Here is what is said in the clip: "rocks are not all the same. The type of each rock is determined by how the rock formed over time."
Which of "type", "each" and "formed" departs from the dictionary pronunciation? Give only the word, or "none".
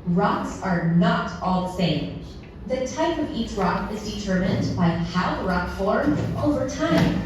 formed